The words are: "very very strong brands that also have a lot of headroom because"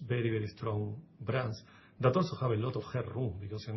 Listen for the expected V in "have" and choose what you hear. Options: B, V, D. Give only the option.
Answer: B